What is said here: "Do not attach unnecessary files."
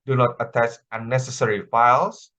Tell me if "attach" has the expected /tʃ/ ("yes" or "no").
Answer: no